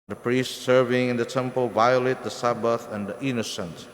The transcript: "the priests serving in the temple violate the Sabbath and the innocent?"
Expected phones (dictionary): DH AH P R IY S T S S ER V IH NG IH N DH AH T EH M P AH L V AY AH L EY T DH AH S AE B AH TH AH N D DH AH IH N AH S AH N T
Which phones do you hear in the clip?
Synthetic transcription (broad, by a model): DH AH P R IY S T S S ER V IH NG IH N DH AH T EH M P AH L V AY AH L EY T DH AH S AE B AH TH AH N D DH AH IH N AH S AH N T